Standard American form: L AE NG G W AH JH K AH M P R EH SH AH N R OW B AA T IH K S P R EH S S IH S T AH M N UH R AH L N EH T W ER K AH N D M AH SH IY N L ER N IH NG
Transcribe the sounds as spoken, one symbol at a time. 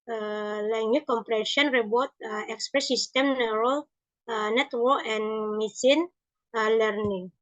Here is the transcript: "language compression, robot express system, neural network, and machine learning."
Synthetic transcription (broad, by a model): L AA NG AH K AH M P R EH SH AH N R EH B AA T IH K S P R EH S S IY S T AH M N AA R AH L N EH T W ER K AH N M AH S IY N L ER N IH NG